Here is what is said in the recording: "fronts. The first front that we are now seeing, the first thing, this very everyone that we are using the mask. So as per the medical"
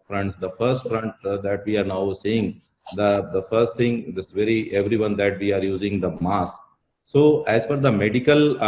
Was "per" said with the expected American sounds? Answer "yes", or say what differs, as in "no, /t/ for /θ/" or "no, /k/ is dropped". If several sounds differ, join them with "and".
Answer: no, /f/ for /p/